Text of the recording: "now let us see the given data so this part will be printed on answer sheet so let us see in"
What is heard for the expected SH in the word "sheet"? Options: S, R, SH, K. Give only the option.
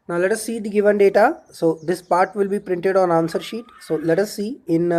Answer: SH